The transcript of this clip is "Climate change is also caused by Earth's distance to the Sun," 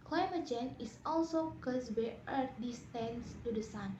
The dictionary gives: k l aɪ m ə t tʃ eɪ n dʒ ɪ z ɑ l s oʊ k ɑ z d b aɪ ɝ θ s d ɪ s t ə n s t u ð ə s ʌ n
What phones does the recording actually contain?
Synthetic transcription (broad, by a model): k l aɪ m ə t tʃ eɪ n ɪ s ɑ l s oʊ k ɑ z b aɪ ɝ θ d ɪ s t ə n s t u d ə s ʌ n